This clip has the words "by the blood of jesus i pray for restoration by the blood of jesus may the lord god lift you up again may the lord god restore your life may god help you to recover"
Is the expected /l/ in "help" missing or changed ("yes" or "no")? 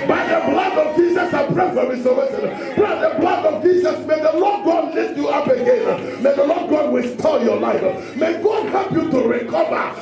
no